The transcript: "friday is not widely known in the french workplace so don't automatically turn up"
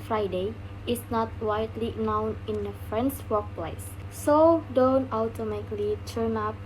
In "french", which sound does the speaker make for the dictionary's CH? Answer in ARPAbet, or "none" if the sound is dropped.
S